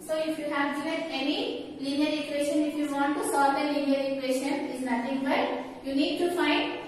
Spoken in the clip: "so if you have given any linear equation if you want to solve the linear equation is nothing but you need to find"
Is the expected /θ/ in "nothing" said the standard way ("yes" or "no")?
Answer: no